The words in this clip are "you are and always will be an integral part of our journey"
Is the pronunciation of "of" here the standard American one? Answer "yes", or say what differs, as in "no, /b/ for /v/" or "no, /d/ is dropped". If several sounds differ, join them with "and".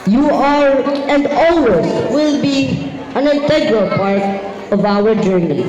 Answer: yes